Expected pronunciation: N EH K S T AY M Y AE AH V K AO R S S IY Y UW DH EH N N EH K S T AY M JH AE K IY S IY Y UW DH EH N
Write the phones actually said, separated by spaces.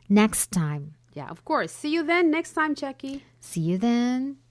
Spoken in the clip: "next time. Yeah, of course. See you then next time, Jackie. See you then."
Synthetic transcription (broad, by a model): N EH K S T AY M Y AE AH V K AO R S S IY Y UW DH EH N N EH K S T AY M CH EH K IY S IY Y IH DH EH N